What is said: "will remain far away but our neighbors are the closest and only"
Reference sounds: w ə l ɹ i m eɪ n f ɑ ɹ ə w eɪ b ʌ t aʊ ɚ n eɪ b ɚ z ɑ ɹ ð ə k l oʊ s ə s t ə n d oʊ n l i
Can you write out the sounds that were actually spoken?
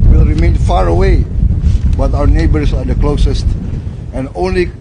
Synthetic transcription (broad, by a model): w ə l ɹ i m eɪ n f ɑ ɹ ə w eɪ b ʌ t aʊ ɚ n eɪ b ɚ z ɑ ɹ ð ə k l oʊ s ə s t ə n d oʊ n l i